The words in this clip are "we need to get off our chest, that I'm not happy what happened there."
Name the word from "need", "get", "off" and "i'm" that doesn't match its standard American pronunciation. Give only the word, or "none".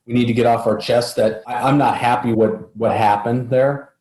none